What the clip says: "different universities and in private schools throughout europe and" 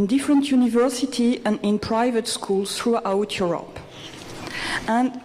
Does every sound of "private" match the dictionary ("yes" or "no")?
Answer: yes